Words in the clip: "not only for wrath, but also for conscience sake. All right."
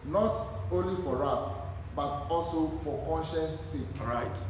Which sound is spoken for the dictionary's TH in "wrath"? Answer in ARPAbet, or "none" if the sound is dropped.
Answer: F